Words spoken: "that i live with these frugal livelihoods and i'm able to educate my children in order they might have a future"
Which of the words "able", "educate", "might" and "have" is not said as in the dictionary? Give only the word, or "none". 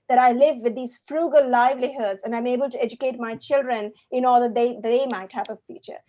have